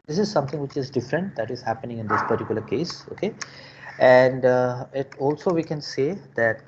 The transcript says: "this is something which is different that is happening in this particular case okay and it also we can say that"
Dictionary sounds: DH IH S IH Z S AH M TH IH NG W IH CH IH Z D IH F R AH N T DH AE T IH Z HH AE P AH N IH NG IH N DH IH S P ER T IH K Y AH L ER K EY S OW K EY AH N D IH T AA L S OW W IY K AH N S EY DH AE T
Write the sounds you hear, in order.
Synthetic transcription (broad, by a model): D IH S IH Z S AH M T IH NG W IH CH IH Z D IH F R AH N T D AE T IH Z HH AE P AH N IH NG IH N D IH S P ER T IH K Y AH L ER K EY S OW K EY AH N D IH T AA L S OW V IY K AH N S EY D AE T